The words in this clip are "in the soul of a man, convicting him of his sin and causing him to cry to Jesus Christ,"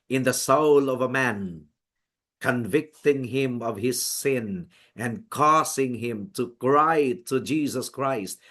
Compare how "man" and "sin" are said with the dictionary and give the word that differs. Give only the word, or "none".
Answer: none